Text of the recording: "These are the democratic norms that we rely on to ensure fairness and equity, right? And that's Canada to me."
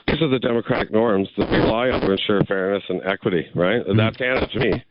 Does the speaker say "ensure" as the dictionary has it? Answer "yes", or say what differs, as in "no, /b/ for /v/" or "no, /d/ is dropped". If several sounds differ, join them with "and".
yes